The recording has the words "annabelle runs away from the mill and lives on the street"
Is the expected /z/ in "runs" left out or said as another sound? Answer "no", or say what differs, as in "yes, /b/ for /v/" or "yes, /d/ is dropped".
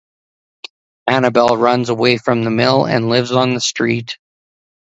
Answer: no